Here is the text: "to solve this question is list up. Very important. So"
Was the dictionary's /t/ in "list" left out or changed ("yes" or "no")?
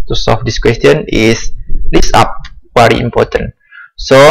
yes